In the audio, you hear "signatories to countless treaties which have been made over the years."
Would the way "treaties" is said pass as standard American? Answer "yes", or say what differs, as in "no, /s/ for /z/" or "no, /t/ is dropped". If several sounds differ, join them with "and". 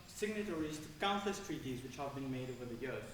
yes